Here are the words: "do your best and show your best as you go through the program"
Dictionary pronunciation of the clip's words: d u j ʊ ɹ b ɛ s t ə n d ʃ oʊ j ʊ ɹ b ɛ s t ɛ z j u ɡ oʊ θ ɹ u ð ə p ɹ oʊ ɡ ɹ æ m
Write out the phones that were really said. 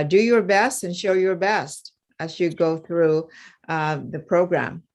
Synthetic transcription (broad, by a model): d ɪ j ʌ ɹ b ɛ s t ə n ʃ oʊ j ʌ ɹ b ɛ s t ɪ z j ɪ ɡ oʊ θ ɹ u ð ə p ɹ oʊ ɡ ɹ æ m